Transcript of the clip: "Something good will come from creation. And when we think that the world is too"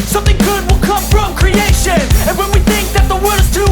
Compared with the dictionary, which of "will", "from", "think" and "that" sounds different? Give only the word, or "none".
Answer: none